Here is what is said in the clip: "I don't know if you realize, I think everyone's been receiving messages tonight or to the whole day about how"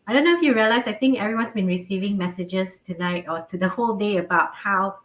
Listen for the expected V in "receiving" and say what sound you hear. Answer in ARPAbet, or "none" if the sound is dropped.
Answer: V